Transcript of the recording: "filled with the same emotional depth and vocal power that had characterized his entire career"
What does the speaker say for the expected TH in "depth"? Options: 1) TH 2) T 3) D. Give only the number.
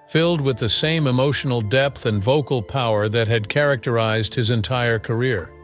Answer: 1